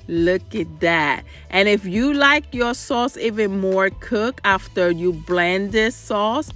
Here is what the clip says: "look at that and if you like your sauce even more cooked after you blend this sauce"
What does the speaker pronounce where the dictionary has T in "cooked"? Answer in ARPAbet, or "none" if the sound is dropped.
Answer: none